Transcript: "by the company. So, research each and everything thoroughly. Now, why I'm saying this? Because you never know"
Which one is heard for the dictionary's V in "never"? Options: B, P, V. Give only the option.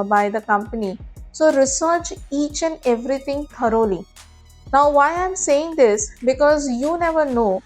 V